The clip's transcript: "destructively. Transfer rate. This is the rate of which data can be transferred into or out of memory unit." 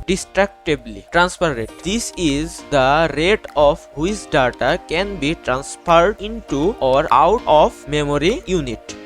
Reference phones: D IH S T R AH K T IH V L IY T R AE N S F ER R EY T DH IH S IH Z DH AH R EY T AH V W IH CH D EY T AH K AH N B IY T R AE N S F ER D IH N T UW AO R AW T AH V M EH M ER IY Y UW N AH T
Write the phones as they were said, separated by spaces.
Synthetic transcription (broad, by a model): D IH S T R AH K T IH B L IY T R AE N S P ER R EY T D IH S IH Z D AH R EY T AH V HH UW S D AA T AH K AH N B IY T R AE N S P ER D IH N T UW AO R AW T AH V M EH M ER IY Y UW N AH T